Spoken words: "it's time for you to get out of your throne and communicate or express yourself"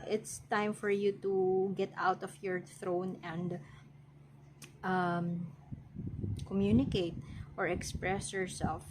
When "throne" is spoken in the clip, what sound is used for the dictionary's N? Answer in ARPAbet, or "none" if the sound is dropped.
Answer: N